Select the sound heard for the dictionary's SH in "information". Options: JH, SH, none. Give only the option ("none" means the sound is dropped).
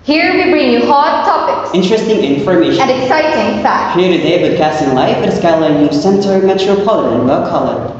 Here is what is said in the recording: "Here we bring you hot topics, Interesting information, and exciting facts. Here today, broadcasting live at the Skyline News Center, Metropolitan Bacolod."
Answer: none